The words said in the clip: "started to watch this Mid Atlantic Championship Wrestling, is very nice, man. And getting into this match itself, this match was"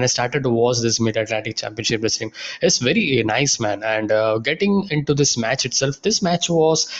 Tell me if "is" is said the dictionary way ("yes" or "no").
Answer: no